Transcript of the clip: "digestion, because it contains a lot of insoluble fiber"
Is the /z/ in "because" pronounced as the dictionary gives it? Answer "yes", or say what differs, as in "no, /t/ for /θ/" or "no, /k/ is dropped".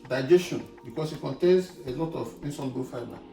no, /s/ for /z/